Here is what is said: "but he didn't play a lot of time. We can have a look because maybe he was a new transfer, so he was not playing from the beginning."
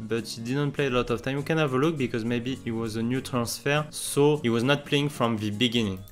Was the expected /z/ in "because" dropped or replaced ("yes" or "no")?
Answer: no